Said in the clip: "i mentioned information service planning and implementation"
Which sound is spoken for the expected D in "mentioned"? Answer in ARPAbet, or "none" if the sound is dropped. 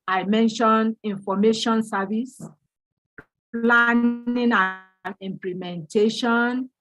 none